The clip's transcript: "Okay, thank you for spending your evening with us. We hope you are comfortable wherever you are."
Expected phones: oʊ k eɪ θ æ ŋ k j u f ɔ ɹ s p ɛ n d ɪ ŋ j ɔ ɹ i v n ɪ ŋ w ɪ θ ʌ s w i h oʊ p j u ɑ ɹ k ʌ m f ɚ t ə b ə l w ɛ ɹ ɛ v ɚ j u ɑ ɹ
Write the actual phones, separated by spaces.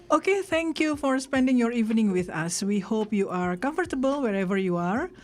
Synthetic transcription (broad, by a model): oʊ k eɪ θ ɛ ŋ k j u f ɔ ɹ s p ɛ n d ɪ ŋ j ɔ ɹ i v n ɪ ŋ w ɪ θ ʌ s w i h oʊ p j u ɑ ɹ k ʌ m f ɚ t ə b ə l w ɛ ɹ ɛ v ɚ j u ɑ ɹ